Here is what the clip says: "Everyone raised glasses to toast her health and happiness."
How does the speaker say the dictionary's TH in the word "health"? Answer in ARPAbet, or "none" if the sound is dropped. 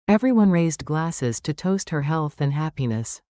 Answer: TH